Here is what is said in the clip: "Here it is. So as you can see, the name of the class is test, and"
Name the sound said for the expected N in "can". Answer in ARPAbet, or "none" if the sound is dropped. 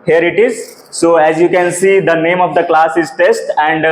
N